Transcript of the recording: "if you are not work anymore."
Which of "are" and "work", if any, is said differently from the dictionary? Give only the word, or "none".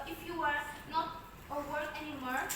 work